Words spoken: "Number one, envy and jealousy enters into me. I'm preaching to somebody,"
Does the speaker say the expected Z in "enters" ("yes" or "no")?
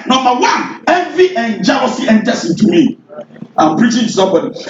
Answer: no